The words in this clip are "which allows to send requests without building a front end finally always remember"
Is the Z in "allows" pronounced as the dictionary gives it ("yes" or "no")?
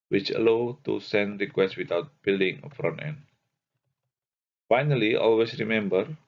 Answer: no